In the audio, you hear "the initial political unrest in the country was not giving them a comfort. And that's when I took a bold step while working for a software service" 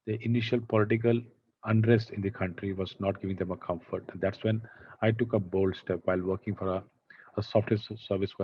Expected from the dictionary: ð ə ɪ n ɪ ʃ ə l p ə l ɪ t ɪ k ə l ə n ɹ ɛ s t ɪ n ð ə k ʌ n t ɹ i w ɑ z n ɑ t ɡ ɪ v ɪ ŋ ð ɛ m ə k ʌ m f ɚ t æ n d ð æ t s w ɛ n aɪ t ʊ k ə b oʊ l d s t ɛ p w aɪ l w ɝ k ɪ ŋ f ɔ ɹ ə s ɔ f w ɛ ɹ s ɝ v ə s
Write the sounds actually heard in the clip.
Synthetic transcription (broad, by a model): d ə ɪ n ɪ ʃ ə l p ə l ɪ t ɪ k ə l ə n ɹ ɛ s t ɪ n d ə k ʌ n t ɹ i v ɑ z n ɑ t ɡ ɪ v ɪ ŋ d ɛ m ə k ʌ m f ɚ t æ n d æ t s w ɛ n aɪ t ʊ k ə b oʊ l d s t ɛ p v aɪ l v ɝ k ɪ ŋ f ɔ ɹ ə s ɔ f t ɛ s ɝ v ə s